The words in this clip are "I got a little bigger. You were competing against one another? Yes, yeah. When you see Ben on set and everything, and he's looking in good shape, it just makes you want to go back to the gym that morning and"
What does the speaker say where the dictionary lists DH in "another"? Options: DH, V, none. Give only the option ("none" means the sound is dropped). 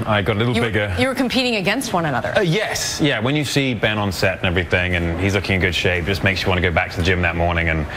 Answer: DH